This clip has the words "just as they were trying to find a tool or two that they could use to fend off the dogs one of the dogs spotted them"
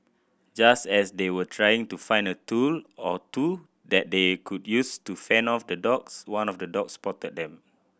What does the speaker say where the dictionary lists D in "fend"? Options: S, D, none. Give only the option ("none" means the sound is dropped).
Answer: none